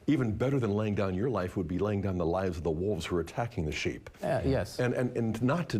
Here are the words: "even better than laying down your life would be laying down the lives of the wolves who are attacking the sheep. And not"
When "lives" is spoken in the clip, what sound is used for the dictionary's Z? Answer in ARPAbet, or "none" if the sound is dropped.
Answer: Z